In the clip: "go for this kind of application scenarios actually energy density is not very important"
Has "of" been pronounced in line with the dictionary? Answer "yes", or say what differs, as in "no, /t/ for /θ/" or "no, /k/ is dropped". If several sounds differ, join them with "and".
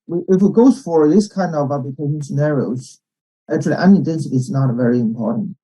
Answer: yes